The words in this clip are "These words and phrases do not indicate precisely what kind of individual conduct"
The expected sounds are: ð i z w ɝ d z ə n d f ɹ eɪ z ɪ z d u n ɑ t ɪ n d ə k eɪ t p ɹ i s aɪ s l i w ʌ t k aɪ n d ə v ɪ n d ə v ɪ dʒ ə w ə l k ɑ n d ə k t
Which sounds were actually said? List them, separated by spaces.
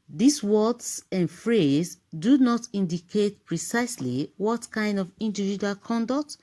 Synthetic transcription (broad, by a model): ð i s w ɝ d s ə n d f ɹ eɪ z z d u n ɑ t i n d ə k eɪ t p ɹ i s aɪ s l i w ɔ t k aɪ n d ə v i n d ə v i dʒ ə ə l k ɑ n d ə k t